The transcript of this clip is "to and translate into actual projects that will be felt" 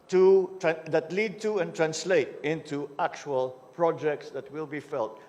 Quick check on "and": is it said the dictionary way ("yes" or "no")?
no